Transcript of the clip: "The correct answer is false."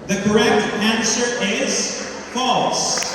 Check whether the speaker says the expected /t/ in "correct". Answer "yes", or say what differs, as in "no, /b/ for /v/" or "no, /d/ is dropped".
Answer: yes